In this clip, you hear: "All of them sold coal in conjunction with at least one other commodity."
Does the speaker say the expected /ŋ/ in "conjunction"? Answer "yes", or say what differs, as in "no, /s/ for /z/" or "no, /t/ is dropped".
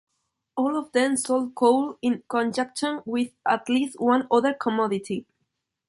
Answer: no, /ŋ/ is dropped